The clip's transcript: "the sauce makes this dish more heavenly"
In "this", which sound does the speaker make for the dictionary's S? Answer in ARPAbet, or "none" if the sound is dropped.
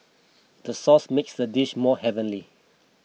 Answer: none